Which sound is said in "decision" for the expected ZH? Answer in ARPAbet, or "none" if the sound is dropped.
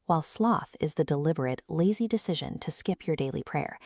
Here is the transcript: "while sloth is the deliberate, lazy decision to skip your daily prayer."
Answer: ZH